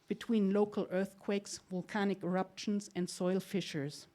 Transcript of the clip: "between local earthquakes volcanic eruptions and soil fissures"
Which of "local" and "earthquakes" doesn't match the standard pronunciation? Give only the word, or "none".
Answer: none